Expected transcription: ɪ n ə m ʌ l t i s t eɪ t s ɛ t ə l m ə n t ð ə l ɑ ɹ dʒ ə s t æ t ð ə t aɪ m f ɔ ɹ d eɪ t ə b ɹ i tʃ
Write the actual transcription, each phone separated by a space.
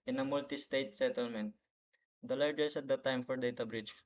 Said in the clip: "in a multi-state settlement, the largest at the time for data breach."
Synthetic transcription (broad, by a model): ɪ n ə m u l t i s t eɪ t s ɛ t ə l m ə n t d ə l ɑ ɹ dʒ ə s æ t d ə t aɪ m f ɔ ɹ d eɪ t ə b ɹ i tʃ